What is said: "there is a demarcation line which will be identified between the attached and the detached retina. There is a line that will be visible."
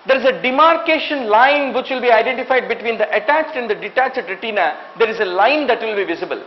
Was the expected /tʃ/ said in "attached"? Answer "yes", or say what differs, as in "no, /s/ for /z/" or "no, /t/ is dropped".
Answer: yes